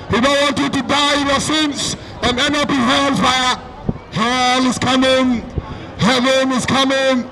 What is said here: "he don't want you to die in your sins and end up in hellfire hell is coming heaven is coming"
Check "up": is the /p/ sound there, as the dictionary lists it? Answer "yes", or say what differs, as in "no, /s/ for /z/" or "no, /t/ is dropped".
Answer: yes